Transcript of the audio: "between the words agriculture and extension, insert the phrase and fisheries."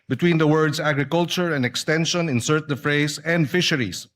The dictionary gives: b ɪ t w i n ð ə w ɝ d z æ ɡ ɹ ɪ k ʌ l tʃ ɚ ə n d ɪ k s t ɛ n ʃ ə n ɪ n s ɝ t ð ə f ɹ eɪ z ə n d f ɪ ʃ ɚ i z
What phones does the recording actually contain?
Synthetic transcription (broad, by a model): b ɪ t w i n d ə w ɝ d s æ ɡ ɹ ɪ k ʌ l tʃ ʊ ə n d ɪ k s t ɛ n ʃ ə n ɪ n s ɝ t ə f ɹ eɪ s ə n d f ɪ ʃ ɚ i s